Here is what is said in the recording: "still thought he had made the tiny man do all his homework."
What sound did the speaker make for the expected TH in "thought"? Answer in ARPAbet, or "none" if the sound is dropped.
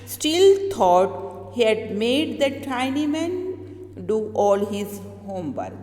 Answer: T